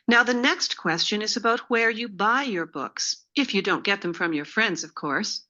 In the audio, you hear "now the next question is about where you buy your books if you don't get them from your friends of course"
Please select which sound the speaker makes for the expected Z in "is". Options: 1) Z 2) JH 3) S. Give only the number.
1